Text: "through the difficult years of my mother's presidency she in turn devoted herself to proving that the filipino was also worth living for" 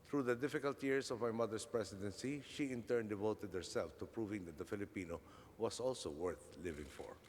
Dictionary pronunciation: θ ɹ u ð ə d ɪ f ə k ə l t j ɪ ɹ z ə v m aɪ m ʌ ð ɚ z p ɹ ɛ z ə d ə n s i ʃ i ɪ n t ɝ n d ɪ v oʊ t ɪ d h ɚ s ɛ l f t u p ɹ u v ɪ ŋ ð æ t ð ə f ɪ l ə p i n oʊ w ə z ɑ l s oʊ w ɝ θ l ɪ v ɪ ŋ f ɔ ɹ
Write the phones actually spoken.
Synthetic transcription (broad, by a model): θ ɹ u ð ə d ɪ f ə k ə l t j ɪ ɹ s ə v m aɪ m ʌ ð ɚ s p ɹ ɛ s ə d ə n s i ʃ i ɪ n t ɝ n d ɪ v oʊ t ɪ d h ɚ s ɛ l f t u p ɹ u v ɪ ŋ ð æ t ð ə f ɪ l ə p i n oʊ w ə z ɑ l s oʊ w ɝ θ l ɪ v ɪ ŋ f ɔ ɹ